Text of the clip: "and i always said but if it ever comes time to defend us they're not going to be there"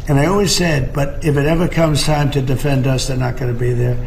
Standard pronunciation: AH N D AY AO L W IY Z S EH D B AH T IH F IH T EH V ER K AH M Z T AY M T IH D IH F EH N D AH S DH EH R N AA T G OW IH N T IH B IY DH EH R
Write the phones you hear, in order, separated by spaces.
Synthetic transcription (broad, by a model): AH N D AY AO L W IY Z S EH D B AH T IH F IH T EH V ER K AH M Z T AY M T IH D IH F EH N D AH S DH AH R N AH T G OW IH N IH B IY DH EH R